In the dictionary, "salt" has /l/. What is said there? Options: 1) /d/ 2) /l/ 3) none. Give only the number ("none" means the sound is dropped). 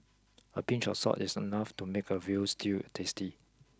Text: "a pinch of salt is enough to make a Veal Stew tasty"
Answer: 3